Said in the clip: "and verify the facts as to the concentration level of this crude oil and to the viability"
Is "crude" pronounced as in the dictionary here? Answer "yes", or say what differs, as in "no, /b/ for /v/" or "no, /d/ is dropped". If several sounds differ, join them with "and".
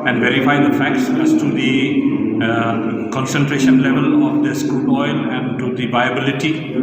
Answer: no, /ɹ/ is dropped